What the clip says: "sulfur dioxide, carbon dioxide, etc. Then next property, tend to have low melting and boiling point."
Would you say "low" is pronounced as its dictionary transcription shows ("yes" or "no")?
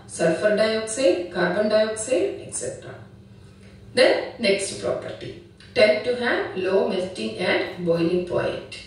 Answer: yes